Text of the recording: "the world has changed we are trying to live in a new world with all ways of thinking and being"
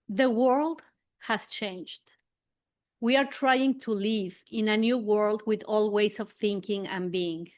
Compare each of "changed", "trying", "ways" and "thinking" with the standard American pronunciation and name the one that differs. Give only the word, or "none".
ways